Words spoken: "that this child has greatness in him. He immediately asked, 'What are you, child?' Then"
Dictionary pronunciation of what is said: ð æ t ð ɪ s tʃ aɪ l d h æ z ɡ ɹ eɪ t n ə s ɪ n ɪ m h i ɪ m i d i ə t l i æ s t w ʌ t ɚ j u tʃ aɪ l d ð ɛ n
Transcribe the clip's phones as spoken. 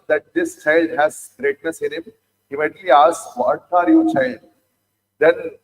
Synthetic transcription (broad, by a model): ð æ t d ɪ s tʃ aɪ l d h æ z ɡ ɹ eɪ t n ə s ɪ n ɪ m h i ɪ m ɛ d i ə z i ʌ t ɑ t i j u tʃ aɪ l d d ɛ n